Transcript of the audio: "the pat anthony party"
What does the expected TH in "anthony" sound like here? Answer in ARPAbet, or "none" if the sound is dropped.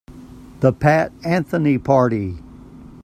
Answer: TH